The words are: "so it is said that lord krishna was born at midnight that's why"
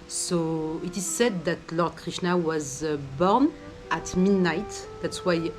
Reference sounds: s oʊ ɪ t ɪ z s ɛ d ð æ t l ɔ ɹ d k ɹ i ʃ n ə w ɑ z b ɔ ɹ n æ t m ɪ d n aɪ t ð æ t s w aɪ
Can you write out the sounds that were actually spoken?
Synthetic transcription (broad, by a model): s oʊ ɪ t ɪ z s ɛ d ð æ t l ɔ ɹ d k ɹ i ʃ n ə w ɑ z b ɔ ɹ n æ t m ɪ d n aɪ t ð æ t s w aɪ